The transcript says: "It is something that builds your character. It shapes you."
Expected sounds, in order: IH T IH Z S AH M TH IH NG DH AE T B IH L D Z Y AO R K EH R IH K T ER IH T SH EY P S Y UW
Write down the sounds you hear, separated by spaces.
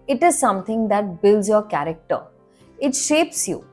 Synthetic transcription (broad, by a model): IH T IH Z S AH M T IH NG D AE T B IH L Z Y AO R K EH R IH K T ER IH T SH EY P S Y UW